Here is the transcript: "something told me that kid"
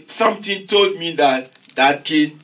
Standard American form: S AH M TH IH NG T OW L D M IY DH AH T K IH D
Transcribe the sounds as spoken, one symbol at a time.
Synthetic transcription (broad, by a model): S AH M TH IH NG T OW L D M IY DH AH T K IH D